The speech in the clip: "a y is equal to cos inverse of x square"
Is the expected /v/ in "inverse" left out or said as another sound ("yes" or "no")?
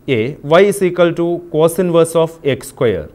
no